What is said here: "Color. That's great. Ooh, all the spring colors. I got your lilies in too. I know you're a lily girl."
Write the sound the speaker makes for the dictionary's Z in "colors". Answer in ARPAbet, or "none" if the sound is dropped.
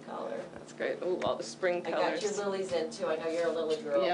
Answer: none